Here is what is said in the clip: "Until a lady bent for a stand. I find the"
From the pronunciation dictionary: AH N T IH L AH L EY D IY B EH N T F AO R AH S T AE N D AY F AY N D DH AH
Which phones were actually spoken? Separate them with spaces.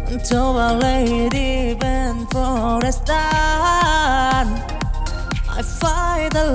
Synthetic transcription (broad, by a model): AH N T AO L AH L EY D IY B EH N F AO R AH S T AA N AY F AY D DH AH